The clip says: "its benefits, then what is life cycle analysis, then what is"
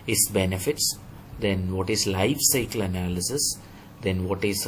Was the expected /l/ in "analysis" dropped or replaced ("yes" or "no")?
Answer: no